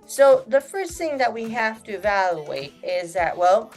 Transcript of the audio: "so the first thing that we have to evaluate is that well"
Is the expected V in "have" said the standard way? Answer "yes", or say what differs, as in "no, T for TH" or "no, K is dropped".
no, F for V